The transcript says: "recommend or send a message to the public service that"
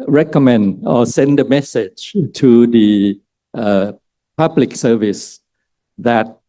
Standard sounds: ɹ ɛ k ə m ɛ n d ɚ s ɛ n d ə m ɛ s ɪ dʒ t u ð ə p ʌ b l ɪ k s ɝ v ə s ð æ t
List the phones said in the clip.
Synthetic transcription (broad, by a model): ɹ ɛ k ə m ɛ n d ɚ s ɛ n d ə m ɛ s ɪ dʒ t u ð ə p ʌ b l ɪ k s ɝ v ə s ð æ t